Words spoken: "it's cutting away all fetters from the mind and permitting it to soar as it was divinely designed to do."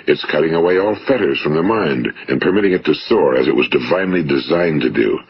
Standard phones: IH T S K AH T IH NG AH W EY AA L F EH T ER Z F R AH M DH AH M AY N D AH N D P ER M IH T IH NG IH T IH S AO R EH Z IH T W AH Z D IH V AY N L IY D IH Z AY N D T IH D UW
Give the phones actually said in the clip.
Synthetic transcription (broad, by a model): IH T S K AH T IH NG AH W EY AA L F EH T ER Z F R AH M DH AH M AY N D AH N P ER M IH T IH NG IH T IH S AO R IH Z IH T W AH Z D IH V AY N L IY D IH Z AY N T IH D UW